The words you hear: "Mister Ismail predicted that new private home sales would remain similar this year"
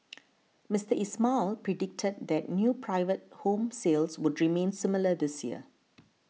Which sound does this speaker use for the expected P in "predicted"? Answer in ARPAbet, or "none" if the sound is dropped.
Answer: P